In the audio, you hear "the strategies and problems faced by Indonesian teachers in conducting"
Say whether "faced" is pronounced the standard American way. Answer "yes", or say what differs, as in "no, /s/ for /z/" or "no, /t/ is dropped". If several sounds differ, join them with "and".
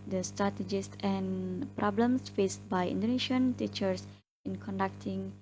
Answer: yes